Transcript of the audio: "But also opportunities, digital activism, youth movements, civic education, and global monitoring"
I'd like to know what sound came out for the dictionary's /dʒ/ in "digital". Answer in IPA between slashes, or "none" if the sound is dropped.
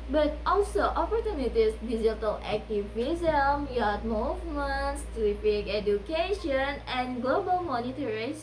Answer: /z/